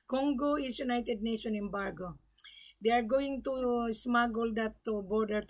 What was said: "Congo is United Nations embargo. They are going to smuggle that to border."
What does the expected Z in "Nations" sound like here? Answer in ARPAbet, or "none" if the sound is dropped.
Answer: none